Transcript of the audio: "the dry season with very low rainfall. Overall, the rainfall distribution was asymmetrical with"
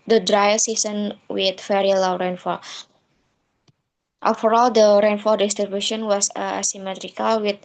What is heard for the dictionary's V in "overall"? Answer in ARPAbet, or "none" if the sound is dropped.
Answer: F